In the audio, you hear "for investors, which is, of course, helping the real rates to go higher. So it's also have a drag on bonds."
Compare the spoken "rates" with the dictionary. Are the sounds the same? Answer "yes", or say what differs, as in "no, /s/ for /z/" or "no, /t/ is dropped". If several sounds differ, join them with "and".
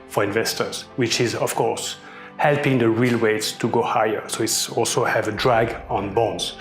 no, /w/ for /ɹ/